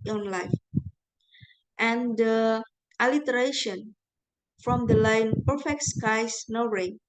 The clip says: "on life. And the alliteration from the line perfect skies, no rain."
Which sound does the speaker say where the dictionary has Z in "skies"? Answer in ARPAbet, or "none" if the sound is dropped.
S